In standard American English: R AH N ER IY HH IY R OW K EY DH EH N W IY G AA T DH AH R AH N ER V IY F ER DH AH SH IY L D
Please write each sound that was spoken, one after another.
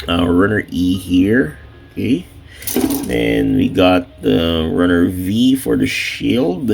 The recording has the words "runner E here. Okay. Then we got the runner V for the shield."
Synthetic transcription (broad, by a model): R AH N ER IY HH IY R OW K EY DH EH N W IY G AA T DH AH R AH N ER V IY F ER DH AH SH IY L D